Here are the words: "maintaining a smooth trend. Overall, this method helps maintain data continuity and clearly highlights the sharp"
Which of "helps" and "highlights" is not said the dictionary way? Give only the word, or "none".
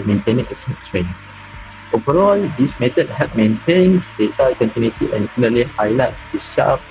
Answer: helps